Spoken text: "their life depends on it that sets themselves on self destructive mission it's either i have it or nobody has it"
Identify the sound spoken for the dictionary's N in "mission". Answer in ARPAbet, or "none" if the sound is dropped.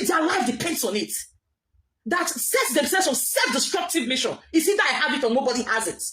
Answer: N